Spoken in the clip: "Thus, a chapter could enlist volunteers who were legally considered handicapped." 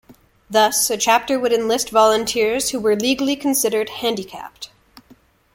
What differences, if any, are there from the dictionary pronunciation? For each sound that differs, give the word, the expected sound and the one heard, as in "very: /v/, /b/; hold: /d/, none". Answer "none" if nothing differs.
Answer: none